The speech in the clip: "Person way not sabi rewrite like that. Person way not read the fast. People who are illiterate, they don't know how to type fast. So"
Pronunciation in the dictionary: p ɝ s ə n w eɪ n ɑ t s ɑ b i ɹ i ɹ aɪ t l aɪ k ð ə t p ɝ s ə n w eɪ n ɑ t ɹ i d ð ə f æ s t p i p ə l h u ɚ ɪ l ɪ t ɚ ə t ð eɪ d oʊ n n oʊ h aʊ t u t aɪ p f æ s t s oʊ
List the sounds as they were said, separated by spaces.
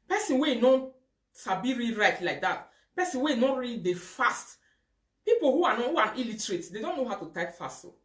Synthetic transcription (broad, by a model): p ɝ s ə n w eɪ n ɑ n s ɑ b i ɹ i ɹ aɪ t l aɪ k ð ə t p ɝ s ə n w eɪ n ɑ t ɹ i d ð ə f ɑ s t p i p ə n h u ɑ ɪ l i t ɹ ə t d eɪ d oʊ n n oʊ h aʊ t u t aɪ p f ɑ s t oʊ